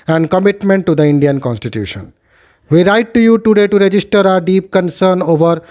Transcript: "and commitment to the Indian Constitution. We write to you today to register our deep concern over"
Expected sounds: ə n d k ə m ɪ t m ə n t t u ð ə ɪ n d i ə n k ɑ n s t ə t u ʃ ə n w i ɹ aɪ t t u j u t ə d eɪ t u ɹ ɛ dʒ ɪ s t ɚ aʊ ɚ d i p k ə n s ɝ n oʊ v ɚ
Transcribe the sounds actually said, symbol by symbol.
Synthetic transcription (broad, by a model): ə n d k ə m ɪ t m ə n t t u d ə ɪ n d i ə n k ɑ n s t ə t u ʃ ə n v i ɹ aɪ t t u j u t ə d eɪ t u ɹ ɛ dʒ ɪ s t ɚ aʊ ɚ d i p k ə n s ɝ n oʊ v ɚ